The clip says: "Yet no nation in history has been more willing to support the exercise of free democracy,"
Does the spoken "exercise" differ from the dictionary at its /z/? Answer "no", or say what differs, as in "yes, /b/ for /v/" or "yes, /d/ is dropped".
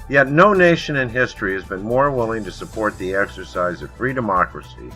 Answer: no